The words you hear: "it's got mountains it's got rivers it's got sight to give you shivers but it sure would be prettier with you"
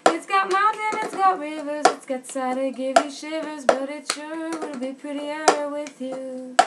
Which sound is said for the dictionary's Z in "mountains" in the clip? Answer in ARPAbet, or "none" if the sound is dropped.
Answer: none